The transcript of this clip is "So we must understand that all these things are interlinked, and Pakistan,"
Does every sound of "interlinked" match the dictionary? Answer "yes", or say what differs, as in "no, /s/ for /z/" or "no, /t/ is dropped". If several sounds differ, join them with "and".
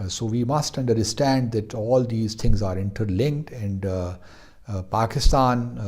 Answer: yes